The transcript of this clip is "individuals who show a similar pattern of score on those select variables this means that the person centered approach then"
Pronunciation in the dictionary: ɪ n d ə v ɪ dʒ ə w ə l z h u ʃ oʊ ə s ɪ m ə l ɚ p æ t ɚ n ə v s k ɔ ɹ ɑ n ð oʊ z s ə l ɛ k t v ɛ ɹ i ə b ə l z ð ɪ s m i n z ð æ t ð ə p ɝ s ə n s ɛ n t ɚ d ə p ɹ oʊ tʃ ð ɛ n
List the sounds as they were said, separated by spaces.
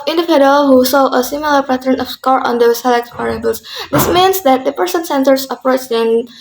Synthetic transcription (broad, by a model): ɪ n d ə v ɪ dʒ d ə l h u s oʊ ə s ɪ m ə l ɚ p æ t ɚ n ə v s k ɔ ɹ ɑ n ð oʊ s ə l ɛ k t p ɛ ɹ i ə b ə l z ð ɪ s m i n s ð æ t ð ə p ɝ s ə n s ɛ n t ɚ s ə p ɹ oʊ tʃ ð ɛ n